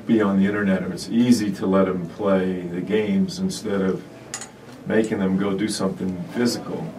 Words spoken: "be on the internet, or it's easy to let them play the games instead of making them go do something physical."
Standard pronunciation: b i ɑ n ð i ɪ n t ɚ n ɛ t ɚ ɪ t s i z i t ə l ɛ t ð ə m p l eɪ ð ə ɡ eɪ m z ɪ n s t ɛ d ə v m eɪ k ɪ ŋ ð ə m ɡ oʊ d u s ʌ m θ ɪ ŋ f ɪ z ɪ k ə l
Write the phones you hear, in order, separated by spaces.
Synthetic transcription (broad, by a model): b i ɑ n ð i ɪ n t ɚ n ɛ t ɚ ɪ t s i z i t ə l ɛ t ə m p l eɪ ð ə ɡ eɪ m z ɪ n s t ɛ d ə v m eɪ k ɪ ŋ ð ə m ɡ oʊ d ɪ s ʌ m θ ɪ ŋ f ɪ z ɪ k l